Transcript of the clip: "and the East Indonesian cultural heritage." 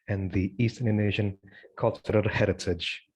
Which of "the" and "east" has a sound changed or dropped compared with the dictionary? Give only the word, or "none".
none